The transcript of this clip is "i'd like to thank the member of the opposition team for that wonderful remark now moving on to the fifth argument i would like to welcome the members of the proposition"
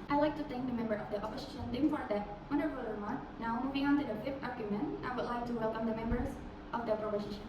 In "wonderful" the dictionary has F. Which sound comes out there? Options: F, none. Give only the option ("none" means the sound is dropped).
none